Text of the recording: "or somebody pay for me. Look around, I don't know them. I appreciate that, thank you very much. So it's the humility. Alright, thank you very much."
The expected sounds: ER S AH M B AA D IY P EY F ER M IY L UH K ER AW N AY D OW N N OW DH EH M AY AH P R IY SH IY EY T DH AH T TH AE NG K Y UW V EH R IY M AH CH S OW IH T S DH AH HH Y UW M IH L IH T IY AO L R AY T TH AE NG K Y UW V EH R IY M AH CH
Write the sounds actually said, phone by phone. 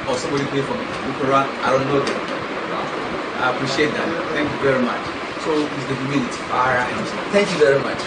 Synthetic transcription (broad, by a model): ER S AH M B AA D IY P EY F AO M IY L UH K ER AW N AY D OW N N OW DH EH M AY AH P R IY SH IY EY T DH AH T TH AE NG K Y UW V EH R IY M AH CH S OW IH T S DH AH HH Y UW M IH N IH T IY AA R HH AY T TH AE NG K Y UW V EH R IY M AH CH